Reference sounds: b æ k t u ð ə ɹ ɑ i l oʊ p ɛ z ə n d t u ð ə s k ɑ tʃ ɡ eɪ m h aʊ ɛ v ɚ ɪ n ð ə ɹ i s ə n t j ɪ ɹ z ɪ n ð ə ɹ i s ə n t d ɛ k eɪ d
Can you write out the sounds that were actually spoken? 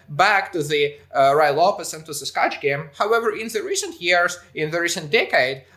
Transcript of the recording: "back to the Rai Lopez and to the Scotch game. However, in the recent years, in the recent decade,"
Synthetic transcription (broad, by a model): b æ k t u ð ə ɹ ɑ i l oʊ f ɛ s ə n t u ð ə s k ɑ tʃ ɡ eɪ m h aʊ ɛ v ɚ ɪ n ð ə ɹ i s ə n t j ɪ ɹ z ɪ n ð ə ɹ i s ə n t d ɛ k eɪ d